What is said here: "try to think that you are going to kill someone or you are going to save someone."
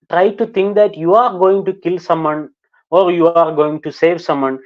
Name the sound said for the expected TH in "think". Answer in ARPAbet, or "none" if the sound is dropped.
T